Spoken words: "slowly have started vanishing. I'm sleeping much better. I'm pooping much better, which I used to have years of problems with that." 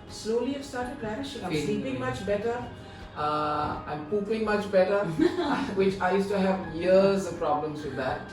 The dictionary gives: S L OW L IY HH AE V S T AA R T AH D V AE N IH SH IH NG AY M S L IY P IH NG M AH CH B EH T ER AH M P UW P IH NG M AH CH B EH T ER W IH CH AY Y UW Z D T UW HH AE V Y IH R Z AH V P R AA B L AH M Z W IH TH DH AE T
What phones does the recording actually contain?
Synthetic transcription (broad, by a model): S L OW L IY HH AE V S T AA R T AH D P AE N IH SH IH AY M S L IY P IH NG M AH CH B EH T ER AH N P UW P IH NG M AH CH B EH T ER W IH CH AY Y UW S T UW HH AE V Y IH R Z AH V P R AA B L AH M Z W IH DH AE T